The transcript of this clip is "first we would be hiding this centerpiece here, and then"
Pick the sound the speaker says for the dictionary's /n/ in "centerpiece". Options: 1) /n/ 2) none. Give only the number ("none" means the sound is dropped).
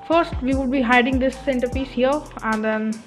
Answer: 1